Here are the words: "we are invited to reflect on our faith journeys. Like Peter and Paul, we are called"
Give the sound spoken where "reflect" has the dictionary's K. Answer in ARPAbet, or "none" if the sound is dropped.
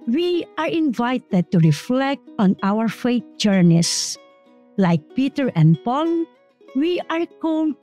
K